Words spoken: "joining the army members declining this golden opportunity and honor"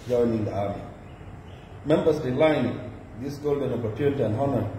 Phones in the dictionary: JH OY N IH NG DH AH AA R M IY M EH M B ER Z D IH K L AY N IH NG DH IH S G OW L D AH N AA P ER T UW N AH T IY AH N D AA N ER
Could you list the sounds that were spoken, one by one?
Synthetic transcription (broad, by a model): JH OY N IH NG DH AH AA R M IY M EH M B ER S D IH L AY N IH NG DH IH S G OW L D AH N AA P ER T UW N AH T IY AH N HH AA N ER